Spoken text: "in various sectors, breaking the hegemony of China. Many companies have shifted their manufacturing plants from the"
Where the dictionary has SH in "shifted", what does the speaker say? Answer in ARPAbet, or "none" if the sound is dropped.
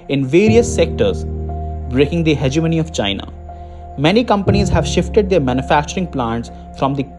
SH